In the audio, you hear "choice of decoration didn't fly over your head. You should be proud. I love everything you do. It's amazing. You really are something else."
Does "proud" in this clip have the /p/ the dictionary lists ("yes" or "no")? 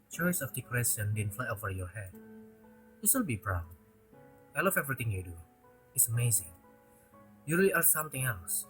no